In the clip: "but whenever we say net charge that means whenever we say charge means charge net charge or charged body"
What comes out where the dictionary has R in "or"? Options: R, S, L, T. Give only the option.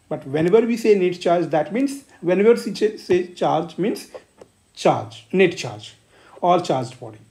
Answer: L